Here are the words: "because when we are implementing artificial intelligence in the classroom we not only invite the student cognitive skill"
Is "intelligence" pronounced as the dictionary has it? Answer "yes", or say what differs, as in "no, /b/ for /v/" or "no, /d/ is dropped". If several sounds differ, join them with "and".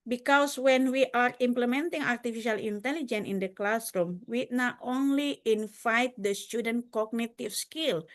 no, /s/ is dropped